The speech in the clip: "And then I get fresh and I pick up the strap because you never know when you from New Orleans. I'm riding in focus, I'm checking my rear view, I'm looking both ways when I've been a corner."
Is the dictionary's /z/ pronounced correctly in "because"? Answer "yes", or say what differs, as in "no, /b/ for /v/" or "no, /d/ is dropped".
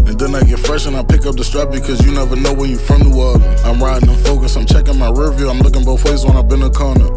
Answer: yes